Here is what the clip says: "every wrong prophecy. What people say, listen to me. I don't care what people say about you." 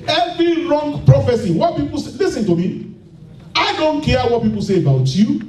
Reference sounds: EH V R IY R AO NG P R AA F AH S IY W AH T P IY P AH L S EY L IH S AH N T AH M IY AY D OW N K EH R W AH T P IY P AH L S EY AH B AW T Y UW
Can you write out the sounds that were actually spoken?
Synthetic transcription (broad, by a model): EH V R IY R AO NG P R AA F AH S IY W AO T P IY P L S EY L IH S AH N T AH M IY AY D OW N K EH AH W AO T P IY P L S EY AH B AW T Y UW